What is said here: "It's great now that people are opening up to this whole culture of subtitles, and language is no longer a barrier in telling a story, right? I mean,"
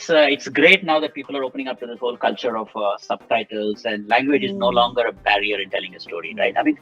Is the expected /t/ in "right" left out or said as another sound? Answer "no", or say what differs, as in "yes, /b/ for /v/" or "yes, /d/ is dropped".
no